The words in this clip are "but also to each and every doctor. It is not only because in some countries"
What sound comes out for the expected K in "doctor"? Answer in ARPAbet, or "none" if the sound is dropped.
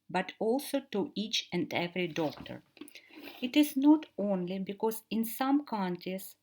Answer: K